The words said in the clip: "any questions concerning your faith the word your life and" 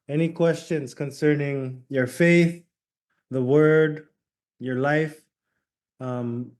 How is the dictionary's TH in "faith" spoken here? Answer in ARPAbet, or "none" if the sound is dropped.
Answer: TH